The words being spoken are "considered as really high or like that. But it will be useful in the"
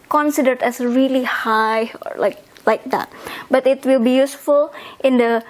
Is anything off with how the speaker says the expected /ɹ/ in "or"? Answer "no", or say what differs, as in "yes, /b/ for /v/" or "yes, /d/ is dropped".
yes, /l/ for /ɹ/